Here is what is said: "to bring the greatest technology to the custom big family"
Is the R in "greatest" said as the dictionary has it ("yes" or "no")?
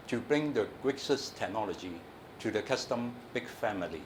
no